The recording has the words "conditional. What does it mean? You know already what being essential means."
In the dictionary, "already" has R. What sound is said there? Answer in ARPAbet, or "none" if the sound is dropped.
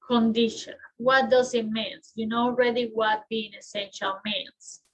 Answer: R